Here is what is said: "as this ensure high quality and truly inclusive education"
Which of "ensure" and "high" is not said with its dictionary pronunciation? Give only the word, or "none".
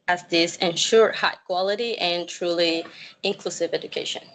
none